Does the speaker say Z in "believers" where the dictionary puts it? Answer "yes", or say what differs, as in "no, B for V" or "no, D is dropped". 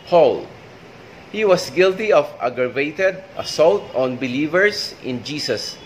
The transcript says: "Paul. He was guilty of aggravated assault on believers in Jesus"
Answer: no, S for Z